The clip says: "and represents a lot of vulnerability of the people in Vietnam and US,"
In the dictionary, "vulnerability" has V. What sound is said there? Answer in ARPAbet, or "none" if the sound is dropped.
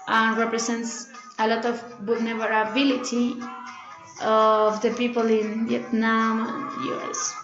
B